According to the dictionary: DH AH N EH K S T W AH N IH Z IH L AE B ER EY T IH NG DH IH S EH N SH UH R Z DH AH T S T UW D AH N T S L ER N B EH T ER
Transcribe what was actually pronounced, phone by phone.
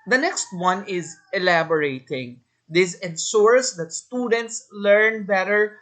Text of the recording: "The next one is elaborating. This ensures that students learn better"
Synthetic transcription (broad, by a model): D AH N EH K S T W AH N IH Z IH L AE B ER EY T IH NG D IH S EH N S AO R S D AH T S T UW D AH N T S L ER N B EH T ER